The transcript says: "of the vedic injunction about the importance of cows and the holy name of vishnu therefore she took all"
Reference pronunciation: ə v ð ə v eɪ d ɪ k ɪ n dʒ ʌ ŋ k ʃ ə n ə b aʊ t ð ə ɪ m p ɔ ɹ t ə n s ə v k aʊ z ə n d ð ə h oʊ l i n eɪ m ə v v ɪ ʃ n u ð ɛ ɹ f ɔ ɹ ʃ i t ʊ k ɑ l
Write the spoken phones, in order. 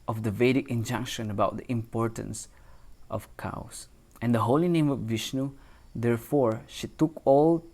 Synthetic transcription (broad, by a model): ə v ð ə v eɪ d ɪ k ɪ n dʒ ʌ ŋ k ʃ ə n ə b aʊ t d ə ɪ m p ɔ ɹ t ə n s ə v k aʊ s ə n d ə h oʊ l i n eɪ m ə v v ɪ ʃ n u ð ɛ ɹ f ɔ ɹ ʃ i t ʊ k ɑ l